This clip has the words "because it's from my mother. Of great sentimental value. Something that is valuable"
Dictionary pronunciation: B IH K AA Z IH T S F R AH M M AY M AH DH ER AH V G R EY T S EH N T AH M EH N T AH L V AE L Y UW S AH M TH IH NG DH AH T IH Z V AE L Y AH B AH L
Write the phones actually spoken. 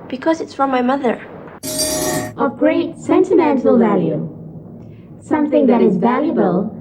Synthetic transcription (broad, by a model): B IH K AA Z IH T S F R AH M M AY M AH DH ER AH V G R EY T S EH N T AH M EH N T AH L V AE L Y UW S AH M TH IH NG DH AH T IH Z V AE L Y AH B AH L